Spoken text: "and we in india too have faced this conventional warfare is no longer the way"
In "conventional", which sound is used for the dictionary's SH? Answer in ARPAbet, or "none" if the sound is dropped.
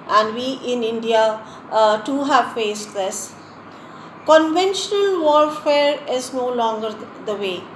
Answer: SH